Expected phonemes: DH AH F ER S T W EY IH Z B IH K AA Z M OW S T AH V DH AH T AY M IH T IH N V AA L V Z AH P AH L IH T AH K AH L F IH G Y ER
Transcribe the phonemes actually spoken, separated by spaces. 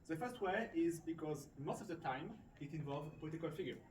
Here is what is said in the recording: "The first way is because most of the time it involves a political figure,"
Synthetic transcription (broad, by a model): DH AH F ER S T W EY IH Z B IH K AA Z M OW S T AH V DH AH T AY M IH T IH N V AA L V Z AH P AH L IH T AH K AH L F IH G Y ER